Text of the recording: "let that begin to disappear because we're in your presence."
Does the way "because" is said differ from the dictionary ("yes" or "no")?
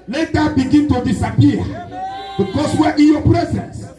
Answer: yes